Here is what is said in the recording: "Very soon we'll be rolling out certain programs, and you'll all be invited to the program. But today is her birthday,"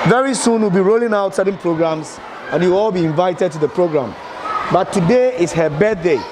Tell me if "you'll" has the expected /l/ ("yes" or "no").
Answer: no